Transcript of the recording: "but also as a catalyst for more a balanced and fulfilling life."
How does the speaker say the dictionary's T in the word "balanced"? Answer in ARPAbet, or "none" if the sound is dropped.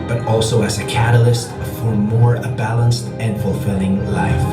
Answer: T